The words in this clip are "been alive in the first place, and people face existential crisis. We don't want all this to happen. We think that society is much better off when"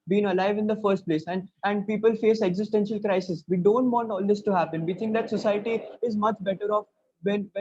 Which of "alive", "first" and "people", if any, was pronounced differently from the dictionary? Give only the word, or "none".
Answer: none